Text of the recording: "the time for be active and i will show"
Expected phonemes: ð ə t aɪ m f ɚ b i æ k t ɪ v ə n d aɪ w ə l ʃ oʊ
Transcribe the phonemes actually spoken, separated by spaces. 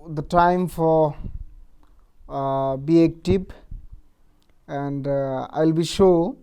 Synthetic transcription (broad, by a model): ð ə t aɪ m f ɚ b i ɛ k t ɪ p ə n d aɪ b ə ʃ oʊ